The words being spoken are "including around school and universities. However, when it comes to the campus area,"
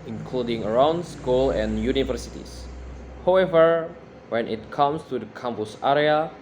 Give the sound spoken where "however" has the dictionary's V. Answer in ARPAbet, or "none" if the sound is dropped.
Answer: V